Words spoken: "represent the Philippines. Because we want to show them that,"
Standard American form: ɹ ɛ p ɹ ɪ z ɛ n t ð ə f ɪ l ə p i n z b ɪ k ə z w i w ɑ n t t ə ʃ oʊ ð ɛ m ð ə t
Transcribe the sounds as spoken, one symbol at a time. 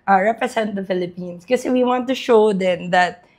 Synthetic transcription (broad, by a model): ɹ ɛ p ɹ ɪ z ɛ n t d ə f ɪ l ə p i n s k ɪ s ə w i w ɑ n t t ə ʃ oʊ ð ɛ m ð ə t